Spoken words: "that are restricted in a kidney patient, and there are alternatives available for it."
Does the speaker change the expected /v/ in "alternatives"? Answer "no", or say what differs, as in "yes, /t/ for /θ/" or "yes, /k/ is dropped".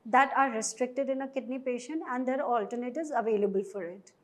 yes, /v/ is dropped